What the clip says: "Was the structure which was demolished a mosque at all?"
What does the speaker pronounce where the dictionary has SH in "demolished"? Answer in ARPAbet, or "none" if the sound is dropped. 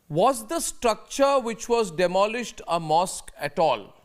SH